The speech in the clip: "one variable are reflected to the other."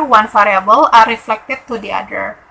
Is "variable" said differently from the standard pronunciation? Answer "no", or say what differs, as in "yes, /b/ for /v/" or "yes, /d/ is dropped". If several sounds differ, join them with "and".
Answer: yes, /f/ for /v/